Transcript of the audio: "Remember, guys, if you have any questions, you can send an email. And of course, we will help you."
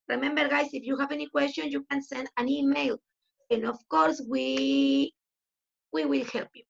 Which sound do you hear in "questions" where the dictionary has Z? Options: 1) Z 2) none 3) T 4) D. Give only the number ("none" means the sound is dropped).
2